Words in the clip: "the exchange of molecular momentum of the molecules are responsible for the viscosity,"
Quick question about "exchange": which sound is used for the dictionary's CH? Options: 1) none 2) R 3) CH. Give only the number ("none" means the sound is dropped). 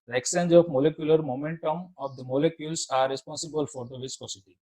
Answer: 1